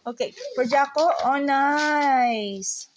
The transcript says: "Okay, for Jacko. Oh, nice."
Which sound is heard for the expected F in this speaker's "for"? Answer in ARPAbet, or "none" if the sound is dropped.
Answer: P